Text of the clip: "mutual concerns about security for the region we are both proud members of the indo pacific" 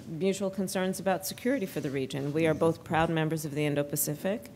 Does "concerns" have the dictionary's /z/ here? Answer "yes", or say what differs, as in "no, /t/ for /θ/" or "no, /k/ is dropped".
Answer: yes